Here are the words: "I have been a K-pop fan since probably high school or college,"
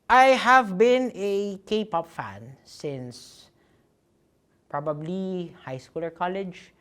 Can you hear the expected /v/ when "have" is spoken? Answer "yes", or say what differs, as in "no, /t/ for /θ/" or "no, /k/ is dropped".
yes